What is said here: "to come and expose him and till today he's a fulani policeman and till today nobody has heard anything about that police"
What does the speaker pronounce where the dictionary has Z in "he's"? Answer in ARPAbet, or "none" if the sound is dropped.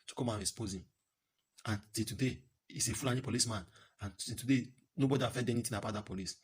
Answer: S